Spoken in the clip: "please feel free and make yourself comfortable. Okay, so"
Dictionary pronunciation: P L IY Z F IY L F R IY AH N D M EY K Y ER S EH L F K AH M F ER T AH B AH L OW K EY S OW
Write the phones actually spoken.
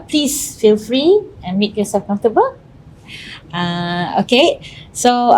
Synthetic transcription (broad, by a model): P L IY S F IY L F R IY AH N M EY K Y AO S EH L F K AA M F T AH B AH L OW K EY S OW